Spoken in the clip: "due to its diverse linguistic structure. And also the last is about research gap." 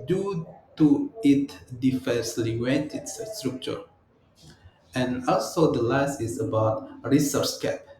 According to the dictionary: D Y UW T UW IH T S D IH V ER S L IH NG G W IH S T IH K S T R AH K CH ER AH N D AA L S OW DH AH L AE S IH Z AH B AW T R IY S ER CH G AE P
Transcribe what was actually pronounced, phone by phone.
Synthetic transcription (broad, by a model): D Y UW T UW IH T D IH F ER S L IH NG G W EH T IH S S T R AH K CH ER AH N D AA L S OW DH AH L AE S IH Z AH B AW T R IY S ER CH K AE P